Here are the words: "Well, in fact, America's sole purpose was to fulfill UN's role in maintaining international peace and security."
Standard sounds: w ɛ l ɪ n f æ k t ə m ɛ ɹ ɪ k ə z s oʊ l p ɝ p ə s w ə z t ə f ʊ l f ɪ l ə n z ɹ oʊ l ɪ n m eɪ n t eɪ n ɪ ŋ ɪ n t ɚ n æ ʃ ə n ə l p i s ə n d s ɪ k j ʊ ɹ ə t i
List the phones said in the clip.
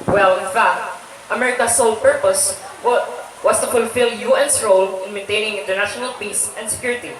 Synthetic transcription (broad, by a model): w ɛ l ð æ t t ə m ɛ ɹ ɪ k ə s oʊ l p ɝ p ə s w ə s t ə f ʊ l f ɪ l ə n s ɹ oʊ l ɪ n m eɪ n t eɪ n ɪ ŋ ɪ n t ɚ n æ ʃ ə n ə l p i s ə n d s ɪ k j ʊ ɹ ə t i